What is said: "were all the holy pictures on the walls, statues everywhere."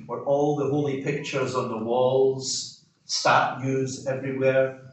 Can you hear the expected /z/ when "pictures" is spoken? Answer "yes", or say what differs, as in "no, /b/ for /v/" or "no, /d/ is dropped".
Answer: yes